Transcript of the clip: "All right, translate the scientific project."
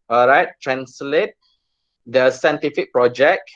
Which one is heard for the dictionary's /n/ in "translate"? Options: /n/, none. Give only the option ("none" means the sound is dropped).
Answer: /n/